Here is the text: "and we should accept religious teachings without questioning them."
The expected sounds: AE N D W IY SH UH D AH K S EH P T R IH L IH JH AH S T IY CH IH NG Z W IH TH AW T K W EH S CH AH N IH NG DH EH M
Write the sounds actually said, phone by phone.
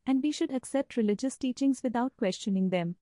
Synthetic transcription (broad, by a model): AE N D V IY SH UH D AH K S EH P T R IH L IH JH AH S T IY CH IH NG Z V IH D AW T K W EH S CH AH N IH NG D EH M